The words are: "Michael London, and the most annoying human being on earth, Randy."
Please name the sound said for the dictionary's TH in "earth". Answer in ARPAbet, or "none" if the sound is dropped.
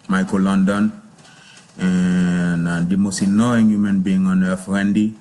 F